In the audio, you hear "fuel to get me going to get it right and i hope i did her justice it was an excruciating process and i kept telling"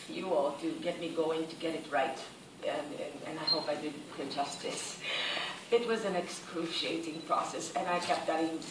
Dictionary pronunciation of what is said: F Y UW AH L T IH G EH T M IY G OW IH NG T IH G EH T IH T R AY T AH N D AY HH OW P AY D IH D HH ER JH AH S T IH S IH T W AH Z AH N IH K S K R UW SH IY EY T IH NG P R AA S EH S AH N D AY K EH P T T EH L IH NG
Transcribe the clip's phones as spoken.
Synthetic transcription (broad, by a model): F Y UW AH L T IH G EH T M IY G OW IH NG T IH G EH T IH T R AY T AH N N AY HH OW P AY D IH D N JH AH S T IH S IH T W AH Z AH N IH K S K R UW SH IY EY T IH NG P R AA S EH S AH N AY K EH P T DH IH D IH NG